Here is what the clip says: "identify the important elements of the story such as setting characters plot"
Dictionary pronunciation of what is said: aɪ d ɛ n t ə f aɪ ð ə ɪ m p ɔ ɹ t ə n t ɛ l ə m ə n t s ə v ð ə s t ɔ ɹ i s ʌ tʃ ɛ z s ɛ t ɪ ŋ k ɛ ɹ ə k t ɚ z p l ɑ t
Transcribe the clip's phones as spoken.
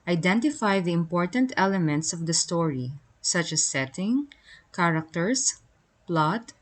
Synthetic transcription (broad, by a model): aɪ d ɛ n t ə f aɪ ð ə ɪ m p ɔ ɹ t ə n t ɛ l ə m ə n t s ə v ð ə s t ɔ ɹ i s ʌ tʃ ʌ s ɛ t ɪ ŋ k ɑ ɹ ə k t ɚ s p l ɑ t